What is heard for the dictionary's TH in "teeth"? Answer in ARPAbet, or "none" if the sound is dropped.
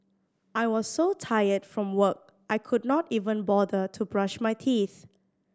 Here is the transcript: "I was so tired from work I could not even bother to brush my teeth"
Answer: TH